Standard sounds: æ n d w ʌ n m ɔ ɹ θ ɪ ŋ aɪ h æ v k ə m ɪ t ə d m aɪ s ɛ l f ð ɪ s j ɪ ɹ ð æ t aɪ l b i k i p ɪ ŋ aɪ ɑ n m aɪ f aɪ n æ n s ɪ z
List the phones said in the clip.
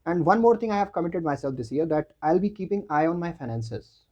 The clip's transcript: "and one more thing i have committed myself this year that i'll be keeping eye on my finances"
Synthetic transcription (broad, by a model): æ n d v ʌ n m ɔ ɹ t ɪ ŋ aɪ h æ v k ə m ɪ t ə d m aɪ s ɛ l f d ɪ s j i ɹ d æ t aɪ l b i k i p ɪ ŋ aɪ ɑ n m aɪ f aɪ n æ n s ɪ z